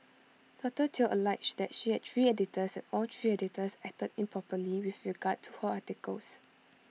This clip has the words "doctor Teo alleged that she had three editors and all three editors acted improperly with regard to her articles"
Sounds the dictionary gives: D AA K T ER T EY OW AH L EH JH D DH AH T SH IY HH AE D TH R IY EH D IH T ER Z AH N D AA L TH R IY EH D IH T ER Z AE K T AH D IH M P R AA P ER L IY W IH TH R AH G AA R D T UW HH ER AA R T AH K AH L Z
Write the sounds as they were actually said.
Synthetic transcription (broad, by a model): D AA T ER T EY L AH L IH CH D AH T SH IY HH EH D T R IY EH D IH T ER S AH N AA L T R IY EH D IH T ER S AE T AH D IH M P R AA P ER L IY W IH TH R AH G AA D T UW HH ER AA T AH K AH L S